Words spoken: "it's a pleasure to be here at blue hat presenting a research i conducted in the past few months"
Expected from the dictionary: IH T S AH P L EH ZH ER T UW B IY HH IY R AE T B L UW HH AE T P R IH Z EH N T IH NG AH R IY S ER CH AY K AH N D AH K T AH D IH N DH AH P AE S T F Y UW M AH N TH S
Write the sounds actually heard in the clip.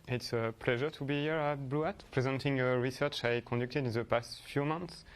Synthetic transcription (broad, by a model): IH T S AH P L EH ZH ER T UW B IY HH IY R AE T B L UW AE T P R IH Z EH N T IH NG AH R IY S ER CH AY K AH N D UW K T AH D IH N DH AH P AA S T F Y UW M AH N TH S